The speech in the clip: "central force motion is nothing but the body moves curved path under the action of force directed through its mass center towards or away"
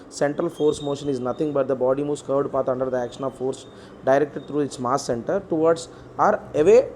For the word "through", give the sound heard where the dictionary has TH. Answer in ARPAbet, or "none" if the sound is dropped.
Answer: T